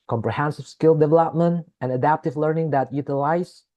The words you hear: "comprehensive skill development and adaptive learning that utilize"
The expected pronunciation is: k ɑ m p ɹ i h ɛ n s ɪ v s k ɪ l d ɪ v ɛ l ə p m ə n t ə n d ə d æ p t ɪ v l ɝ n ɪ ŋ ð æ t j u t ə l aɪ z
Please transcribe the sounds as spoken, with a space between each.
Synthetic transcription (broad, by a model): k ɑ m p ɹ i h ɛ n s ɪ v s k ɪ l d ɪ v ɛ l ə p m ə n t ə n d ə d æ p t ɪ v l ɝ n ɪ ŋ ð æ t j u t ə l aɪ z